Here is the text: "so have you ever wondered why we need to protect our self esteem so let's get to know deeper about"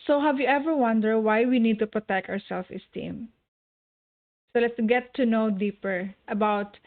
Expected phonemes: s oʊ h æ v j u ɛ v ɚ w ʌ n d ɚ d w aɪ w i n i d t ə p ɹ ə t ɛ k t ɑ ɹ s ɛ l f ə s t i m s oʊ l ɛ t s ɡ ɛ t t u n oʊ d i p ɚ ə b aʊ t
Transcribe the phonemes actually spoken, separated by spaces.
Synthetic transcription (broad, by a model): s oʊ h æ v j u ɛ v ɚ w ʌ n d ɚ d w aɪ w i n i d t ə p ɹ ə t ɛ k t ɑ ɹ s ɛ l f ə s t i m s oʊ l ɛ t s ɡ ɛ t t u n oʊ d i p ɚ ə b aʊ t